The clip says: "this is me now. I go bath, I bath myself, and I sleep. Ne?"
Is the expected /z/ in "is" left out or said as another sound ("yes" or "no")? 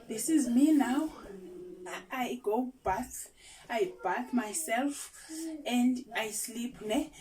no